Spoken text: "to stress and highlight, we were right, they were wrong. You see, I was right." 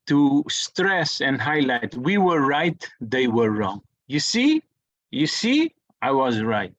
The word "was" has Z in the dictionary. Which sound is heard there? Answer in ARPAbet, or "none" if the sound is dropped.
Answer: Z